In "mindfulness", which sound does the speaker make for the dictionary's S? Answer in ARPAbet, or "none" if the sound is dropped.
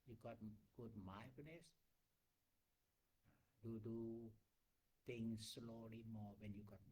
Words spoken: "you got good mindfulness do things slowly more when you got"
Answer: none